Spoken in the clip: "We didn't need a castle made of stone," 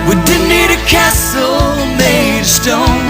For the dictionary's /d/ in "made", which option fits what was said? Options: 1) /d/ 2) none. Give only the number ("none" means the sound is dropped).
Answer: 2